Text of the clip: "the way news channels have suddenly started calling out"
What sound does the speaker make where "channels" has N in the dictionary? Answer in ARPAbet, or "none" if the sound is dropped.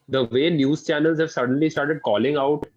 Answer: N